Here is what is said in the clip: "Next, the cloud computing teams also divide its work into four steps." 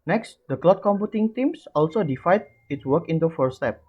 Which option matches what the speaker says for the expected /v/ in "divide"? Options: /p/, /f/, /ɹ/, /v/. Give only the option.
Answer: /f/